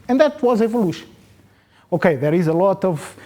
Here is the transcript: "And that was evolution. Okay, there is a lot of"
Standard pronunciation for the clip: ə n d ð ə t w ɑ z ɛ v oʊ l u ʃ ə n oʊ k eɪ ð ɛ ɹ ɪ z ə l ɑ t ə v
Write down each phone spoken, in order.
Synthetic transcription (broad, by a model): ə n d ð ə t w ɑ z ɛ v oʊ l u ʃ ə n oʊ k eɪ ð ɛ ɹ ɪ z ə l ɑ t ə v